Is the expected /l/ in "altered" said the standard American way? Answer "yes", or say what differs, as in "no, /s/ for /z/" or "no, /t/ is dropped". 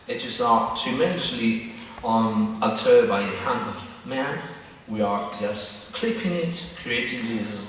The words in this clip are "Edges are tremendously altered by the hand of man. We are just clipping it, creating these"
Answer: no, /n/ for /l/